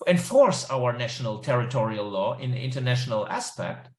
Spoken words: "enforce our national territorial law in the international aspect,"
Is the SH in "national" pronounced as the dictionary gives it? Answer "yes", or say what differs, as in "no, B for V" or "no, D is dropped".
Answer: yes